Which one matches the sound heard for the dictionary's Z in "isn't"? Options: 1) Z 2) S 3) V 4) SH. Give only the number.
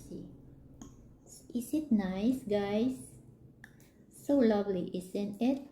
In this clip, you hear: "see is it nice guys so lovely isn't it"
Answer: 2